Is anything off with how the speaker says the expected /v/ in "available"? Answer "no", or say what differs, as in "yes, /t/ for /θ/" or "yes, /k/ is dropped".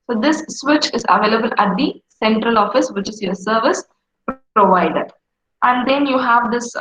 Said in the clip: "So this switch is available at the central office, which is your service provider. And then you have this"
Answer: no